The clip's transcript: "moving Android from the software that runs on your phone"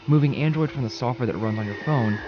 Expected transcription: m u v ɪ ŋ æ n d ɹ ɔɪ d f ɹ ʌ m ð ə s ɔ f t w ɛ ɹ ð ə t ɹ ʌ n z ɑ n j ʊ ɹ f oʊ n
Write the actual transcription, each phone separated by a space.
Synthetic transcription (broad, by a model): m u v ɪ ŋ æ n d ɹ ɔɪ d f ɹ ʌ m ð ə s ɔ f t w ɛ ɹ ð ə t ɹ ʌ n z n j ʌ ɹ f oʊ n